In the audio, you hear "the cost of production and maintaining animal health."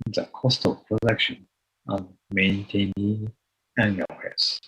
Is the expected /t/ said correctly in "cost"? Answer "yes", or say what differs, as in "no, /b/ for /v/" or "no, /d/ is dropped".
yes